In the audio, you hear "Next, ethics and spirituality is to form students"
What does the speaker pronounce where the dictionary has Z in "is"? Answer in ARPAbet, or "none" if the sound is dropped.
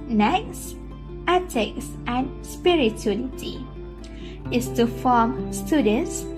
S